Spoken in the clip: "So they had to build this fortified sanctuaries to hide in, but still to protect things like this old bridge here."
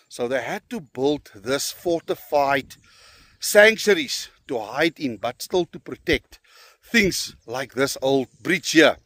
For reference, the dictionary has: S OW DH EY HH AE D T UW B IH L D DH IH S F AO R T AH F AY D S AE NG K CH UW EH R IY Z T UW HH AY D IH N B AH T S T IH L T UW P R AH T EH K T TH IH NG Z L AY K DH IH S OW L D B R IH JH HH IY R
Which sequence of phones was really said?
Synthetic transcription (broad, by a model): S OW DH EY HH AE D T UW B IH L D DH IH S F AO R T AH F AY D S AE NG K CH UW R IY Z T UW HH AY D IH N B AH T S T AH L T UW P R AH T EH K T TH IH NG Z L AY K DH IH S OW L D B R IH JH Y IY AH